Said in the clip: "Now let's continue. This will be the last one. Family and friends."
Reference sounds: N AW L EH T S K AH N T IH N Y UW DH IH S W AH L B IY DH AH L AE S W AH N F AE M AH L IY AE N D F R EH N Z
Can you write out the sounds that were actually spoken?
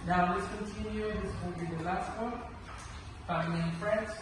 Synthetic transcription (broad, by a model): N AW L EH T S K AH N T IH N Y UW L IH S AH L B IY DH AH L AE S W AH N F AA AH N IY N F R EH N